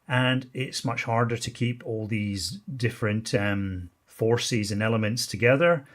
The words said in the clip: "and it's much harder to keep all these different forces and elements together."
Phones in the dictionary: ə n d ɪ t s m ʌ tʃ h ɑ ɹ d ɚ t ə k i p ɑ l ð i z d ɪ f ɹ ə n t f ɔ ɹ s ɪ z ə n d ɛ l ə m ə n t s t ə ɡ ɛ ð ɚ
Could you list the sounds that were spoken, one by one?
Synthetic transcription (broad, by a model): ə n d ɪ t s m ʌ tʃ h ɑ ɹ d ɚ t ə k i p ɑ l ð i z d ɪ f ɹ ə n t f ɔ ɹ s ɪ z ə n ɛ l ə m ə n t s t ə ɡ ɛ ð ɚ